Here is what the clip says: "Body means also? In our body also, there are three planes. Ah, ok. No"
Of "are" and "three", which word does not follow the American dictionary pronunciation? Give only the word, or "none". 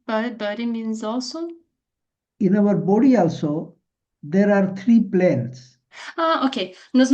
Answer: three